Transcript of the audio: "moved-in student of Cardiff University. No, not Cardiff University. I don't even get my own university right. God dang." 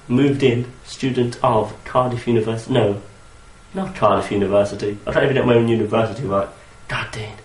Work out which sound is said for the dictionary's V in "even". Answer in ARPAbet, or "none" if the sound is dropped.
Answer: none